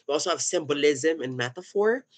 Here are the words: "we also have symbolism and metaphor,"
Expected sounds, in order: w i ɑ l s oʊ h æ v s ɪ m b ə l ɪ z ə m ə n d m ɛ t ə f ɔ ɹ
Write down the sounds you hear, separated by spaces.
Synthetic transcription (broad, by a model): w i ɑ l s oʊ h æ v s ɪ m b ə l ɪ z ə m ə n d m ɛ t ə f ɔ ɹ